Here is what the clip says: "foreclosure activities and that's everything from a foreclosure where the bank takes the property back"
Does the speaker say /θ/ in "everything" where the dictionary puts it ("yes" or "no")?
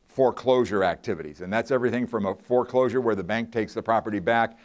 yes